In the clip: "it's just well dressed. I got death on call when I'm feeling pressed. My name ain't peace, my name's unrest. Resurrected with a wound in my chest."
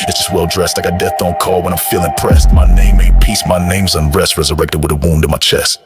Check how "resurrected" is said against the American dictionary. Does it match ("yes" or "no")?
yes